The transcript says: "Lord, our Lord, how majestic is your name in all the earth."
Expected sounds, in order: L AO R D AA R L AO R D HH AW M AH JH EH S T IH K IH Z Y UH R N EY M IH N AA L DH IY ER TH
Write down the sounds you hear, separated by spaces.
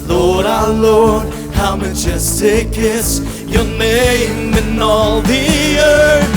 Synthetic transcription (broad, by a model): L AO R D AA L AO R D HH AW M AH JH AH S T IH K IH S Y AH R N EY M IH N AA L DH IY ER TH